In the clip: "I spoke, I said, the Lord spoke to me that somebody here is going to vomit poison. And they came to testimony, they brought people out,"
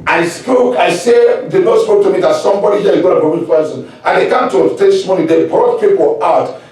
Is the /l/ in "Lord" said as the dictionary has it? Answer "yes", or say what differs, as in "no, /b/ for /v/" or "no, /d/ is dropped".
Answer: no, /n/ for /l/